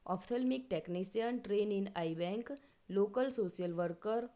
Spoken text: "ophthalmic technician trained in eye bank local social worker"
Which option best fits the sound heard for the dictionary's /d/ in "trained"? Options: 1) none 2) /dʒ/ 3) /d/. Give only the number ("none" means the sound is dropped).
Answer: 1